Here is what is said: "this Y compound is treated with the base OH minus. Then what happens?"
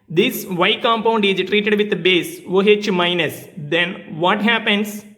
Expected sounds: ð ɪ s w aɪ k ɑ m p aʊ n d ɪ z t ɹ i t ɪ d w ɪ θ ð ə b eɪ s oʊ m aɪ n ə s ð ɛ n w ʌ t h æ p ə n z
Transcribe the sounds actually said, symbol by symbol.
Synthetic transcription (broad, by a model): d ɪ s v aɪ k ɑ m p aʊ n d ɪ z t ɹ i t ɪ d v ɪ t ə b eɪ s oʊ m aɪ n ə s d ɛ n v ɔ t h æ p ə n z